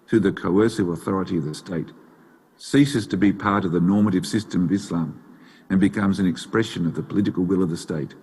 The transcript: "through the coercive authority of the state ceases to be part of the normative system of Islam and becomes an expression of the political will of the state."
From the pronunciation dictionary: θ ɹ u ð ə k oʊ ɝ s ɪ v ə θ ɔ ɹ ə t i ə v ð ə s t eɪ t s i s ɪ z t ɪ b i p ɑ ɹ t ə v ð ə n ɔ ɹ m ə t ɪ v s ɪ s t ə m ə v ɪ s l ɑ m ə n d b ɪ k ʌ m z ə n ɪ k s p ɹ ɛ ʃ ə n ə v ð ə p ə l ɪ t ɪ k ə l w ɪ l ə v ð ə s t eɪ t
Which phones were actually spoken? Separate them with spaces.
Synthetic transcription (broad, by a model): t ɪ ð ə k oʊ ɝ s ɪ v ə θ ɔ ɹ ə t i ə v ð ə s t eɪ t s i s ɪ z t ɪ b i p ɑ ɹ t ə v ð ə n ɔ ɹ m ə t ɪ v s ɪ s t ə m ə v ɪ s l ɑ m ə n b ɪ k ʌ m z ə n ɪ k s p ɹ ɛ ʃ ə n ə v ð ə p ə l ɪ t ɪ k l w ɪ l ə v ð ə s t eɪ t